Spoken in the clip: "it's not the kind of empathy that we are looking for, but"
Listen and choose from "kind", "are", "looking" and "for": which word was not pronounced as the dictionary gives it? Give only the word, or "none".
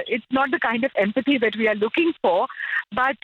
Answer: none